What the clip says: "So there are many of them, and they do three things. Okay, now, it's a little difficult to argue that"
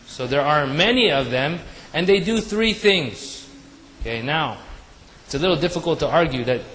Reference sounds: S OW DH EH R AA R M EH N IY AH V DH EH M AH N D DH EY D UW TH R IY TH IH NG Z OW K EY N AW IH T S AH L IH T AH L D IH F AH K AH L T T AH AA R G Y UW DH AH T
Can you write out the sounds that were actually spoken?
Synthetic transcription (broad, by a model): S OW DH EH R AA R M EH N IY AH V DH EH M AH N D DH EY D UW TH R IY TH IH NG Z OW K EY N AW IH T S AH L IH T L D IH F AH K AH L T T AH AA R G Y UW DH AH T